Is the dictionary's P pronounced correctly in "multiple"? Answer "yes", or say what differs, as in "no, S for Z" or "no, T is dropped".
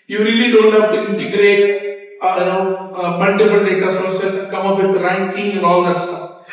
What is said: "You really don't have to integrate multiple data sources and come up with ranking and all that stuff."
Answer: no, B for P